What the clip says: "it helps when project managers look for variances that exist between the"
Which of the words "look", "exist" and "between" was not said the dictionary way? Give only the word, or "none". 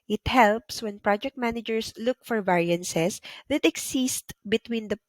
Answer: exist